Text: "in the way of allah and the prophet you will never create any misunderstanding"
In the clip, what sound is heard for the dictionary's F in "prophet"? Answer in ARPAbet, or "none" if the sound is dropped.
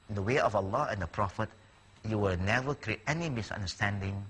F